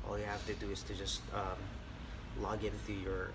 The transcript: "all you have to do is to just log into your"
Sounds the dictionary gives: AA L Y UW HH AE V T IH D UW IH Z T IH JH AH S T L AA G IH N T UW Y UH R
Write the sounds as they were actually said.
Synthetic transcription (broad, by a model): AA L Y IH HH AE F T IH D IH IH Z T IH JH AH S T L AA G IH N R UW Y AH R